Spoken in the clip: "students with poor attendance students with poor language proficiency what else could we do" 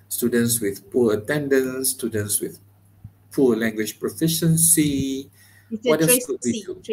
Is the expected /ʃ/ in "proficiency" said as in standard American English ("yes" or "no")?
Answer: yes